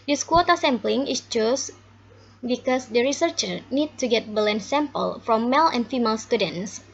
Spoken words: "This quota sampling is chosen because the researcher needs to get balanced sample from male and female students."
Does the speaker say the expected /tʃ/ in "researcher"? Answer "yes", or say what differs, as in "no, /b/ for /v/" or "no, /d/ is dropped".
yes